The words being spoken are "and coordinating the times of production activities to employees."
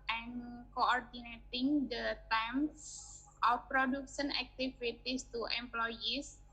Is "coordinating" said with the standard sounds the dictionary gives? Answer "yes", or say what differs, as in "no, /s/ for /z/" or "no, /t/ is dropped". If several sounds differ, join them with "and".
yes